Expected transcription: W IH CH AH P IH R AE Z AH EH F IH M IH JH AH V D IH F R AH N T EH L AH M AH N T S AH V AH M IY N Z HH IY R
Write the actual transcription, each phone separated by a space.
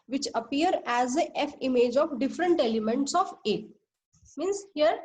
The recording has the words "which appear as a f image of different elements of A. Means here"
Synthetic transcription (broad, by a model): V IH CH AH P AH R AE Z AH EH F IH M IH JH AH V D IH F R AH N T EH L AH M AH N T S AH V AH M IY N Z HH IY R